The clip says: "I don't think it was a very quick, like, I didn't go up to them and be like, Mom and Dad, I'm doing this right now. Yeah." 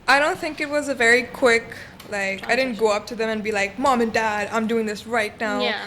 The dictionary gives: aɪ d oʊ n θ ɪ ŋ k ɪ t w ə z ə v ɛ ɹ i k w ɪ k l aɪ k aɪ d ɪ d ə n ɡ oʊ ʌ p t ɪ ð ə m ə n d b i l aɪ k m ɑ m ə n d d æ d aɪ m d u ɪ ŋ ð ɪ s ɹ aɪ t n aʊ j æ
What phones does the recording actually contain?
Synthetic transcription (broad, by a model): aɪ d oʊ n θ ɪ ŋ k ɪ t w ə z ə v ɛ ɹ i k w ɪ k l aɪ k aɪ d ɪ d n ɡ oʊ ʌ p t ɪ ð ə m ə n b i l aɪ k m ɑ m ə n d d æ d aɪ m d u ɪ ŋ ð ɪ s ɹ aɪ t n aʊ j